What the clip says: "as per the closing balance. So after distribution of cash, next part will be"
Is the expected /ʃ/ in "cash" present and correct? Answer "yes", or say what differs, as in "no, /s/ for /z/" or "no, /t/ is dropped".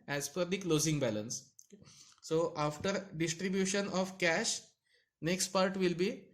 yes